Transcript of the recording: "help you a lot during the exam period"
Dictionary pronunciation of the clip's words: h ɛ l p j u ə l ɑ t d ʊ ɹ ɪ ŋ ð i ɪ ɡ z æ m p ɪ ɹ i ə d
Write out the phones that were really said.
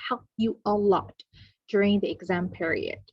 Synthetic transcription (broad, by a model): h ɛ l p j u ə l ɑ t d ʊ ɹ ɪ ŋ ð i ɪ ɡ z æ m p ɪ ɹ i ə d